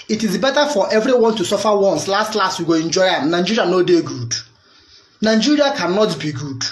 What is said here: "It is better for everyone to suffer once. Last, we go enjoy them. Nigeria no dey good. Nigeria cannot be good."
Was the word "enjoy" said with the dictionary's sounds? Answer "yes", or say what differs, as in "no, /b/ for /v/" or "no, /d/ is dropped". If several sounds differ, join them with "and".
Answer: yes